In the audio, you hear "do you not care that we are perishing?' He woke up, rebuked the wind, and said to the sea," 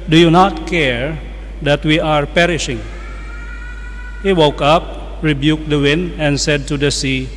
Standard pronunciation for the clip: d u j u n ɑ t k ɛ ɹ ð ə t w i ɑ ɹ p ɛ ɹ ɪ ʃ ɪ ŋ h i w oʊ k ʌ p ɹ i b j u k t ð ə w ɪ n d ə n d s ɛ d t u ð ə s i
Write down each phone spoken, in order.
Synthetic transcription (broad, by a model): d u j u n ɑ t k ɛ ɹ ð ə t w i ɑ ɹ p ɛ ɹ ɪ ʃ ɪ ŋ h i w oʊ k ʌ p ɹ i b j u k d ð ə w ɪ n d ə n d s ɛ d t u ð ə s i